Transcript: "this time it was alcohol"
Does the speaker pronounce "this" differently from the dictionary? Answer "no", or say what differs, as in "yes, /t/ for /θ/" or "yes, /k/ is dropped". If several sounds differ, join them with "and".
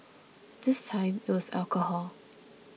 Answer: no